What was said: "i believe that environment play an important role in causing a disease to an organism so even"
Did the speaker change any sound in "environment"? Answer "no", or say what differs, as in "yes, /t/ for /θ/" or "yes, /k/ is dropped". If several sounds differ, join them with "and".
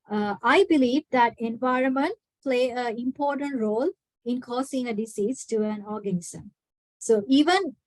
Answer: no